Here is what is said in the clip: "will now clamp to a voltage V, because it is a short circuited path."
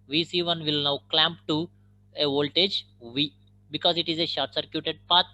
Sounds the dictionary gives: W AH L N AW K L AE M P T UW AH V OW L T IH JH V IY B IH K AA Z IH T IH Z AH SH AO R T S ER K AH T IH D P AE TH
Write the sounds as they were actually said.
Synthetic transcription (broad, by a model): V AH L N AW K L AE M P T UW AH V OW L T IH JH V IY B IH K AA Z IH T IH Z AH SH AO R T S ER K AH T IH D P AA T